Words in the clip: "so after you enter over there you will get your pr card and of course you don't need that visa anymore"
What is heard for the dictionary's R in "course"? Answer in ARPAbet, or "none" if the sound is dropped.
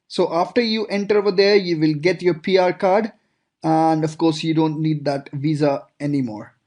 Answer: R